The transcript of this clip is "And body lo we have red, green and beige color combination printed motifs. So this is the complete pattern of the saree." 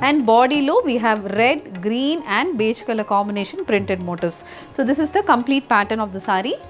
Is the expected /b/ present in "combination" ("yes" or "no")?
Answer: no